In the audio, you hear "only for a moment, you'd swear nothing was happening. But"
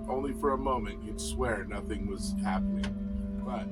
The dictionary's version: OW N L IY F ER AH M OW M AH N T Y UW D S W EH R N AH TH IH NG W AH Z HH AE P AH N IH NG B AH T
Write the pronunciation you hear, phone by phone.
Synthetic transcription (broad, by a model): OW N L IY F ER AH M OW M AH N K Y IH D S W EH R N AH TH IH NG W AH Z HH AE P AH N IH NG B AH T